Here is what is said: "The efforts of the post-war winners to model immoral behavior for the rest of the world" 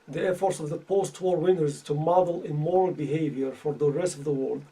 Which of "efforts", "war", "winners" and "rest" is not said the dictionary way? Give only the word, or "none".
none